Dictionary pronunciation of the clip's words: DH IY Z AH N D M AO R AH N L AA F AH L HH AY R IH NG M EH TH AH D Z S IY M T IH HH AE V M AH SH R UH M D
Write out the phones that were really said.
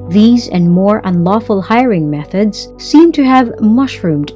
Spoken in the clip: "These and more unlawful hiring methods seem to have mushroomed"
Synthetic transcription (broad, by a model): DH IY Z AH N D M AO R AH N L AA F AH L HH AY R IH NG M EH TH AH D Z S IY M T IH V M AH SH R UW M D